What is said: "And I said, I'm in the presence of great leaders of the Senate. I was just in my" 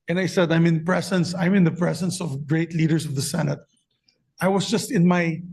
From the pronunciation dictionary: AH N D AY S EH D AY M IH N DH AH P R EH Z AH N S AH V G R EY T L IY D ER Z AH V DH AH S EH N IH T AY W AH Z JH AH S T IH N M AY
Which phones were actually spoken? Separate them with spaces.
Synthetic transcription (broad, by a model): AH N D AY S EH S AY M IH N DH AH P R EH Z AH N S AH V G R EY T L IY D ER S AH V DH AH S EH N IH T AY W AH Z JH AH S T IH N M AY